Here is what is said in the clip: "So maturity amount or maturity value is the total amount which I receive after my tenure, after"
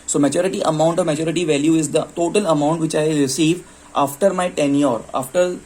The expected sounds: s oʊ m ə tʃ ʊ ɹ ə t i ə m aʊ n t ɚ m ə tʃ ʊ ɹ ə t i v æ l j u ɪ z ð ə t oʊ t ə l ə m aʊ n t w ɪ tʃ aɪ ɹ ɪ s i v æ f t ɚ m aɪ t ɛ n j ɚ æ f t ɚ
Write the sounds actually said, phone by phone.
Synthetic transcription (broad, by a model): s oʊ m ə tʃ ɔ ɹ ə t i ə m aʊ n t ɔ m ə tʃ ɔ ɹ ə t i v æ l j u ɪ z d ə t oʊ t ə l ə m aʊ n t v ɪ tʃ aɪ ɹ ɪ s i v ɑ f t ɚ m aɪ t ɛ n j ɚ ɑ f t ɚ